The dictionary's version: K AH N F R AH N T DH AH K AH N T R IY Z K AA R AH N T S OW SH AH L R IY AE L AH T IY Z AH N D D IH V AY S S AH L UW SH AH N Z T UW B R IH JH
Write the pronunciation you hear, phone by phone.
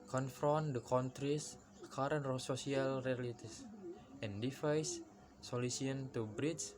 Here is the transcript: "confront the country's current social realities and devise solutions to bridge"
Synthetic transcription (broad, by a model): K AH N F R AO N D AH K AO N T R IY S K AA R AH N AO S OW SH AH L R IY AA L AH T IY S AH N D D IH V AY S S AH L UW S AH N T UW B R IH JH